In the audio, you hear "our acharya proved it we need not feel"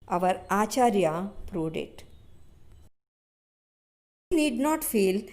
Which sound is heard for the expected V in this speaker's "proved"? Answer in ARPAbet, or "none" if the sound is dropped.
none